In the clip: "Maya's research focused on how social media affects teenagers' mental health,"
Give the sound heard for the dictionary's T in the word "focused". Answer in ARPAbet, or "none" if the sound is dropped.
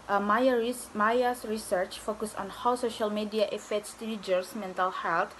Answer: none